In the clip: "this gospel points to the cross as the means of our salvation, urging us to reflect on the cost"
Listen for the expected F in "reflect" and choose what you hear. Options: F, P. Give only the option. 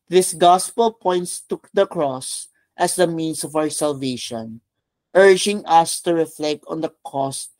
F